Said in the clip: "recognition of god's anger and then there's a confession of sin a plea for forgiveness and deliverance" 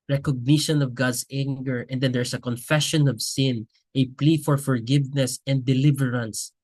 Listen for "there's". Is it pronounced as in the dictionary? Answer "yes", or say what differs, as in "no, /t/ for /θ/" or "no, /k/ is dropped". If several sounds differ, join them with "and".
no, /s/ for /z/